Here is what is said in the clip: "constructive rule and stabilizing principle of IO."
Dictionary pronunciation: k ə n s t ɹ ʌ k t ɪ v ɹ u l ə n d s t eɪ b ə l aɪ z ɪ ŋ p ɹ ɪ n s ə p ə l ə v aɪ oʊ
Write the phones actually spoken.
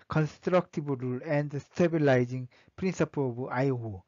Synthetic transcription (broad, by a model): k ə n s t ɹ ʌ k t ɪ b ɹ u l ə n d s t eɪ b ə l aɪ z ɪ ŋ p ɹ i n s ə p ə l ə b aɪ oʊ